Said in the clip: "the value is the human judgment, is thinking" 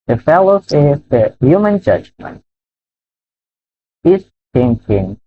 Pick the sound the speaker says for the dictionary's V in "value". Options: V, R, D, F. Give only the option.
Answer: F